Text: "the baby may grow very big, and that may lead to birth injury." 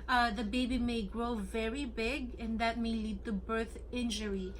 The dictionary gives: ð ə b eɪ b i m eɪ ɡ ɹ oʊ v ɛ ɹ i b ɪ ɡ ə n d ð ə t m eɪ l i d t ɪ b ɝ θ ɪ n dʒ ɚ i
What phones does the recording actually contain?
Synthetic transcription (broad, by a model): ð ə b eɪ b i m eɪ ɡ ɹ oʊ v ɛ ɹ i b ɪ ɡ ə n ð ə t m eɪ l i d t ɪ b ɝ θ ɪ n dʒ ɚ i